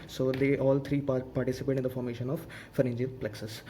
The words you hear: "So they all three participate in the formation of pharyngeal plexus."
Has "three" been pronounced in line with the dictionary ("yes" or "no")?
no